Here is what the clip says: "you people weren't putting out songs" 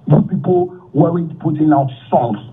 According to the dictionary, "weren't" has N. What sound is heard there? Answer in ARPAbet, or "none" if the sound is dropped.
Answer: none